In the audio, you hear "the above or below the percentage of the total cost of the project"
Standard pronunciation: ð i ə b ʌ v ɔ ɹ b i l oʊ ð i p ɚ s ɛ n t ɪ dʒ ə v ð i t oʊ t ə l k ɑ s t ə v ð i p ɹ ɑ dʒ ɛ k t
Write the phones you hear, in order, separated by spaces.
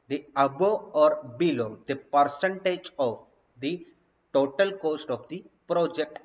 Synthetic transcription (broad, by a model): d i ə b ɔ ɔ ɹ b i l oʊ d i p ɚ s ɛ n t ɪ dʒ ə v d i t oʊ t ə l k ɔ s t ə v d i p ɹ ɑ dʒ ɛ k t